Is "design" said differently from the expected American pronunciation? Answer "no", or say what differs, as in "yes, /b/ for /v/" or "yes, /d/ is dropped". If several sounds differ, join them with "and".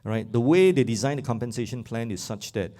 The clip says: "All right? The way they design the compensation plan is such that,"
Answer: no